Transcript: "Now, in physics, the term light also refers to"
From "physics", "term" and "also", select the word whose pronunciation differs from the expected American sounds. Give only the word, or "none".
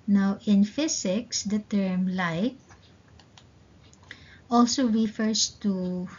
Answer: physics